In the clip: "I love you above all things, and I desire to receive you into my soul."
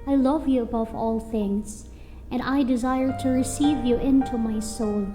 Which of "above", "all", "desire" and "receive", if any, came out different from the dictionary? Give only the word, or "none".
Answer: none